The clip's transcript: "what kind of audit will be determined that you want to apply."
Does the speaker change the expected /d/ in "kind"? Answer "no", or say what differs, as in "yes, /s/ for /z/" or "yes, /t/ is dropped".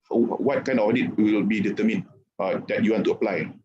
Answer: yes, /d/ is dropped